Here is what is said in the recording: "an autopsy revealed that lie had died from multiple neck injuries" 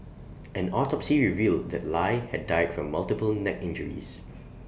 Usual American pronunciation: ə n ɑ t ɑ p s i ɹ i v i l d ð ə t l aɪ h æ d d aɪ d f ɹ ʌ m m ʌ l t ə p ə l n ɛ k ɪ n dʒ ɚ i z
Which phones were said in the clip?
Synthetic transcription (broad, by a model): ə n ɑ t ɑ p s i ɹ i v i l d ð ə t l aɪ h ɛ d d aɪ d f ɹ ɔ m m ʌ l t ə p ə l n ɛ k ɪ n dʒ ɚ i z